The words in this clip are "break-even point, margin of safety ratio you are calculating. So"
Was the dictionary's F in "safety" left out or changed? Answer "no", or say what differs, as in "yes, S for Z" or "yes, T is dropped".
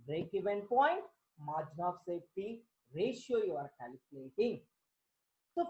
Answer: yes, F is dropped